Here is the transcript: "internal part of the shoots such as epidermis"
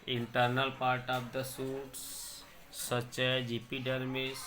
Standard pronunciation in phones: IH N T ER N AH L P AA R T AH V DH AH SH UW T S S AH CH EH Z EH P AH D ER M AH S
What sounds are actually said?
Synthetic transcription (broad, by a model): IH N T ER N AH L P AA R T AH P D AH S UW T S S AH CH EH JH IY P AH D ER M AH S